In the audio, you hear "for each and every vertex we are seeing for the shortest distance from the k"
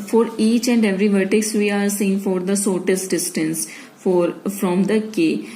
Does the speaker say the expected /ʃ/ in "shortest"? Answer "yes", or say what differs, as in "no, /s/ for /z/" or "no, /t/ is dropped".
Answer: no, /s/ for /ʃ/